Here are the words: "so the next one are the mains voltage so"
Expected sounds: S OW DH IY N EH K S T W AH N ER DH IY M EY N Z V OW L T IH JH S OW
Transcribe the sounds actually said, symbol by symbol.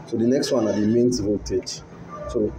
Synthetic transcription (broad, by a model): S OW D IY N EH K S T W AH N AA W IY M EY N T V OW T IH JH S OW